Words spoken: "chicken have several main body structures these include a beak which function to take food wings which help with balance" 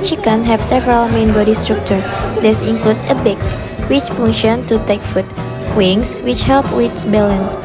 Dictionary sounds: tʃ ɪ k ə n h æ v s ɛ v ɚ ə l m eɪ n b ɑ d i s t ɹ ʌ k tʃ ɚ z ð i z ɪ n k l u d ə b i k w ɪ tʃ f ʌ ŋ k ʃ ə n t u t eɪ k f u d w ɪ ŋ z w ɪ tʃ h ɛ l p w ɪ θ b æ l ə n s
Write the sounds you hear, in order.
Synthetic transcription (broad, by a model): tʃ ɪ k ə n h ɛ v s ɛ v ɚ ə l m eɪ n b ɑ d i s t ɹ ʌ k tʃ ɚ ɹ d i s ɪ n k l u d ə b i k w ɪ tʃ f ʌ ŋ ʃ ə n t u t eɪ k f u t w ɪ ŋ s w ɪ tʃ h ɛ l p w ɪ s b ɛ l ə n s